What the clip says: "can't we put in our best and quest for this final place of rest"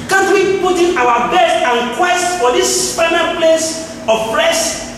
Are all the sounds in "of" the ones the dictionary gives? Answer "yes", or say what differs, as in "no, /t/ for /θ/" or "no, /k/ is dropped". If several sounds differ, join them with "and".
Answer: no, /p/ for /v/